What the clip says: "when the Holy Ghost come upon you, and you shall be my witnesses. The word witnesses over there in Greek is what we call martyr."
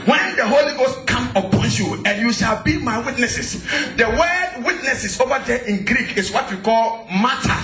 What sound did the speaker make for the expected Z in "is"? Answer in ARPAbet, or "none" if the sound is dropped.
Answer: S